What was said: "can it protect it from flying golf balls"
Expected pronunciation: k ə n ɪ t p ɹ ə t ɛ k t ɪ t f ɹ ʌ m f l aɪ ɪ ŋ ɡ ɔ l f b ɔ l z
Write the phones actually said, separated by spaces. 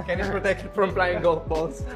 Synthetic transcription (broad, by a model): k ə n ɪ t p ɹ ə t ɛ k t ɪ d f ɹ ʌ m p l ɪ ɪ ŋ ɡ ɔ l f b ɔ l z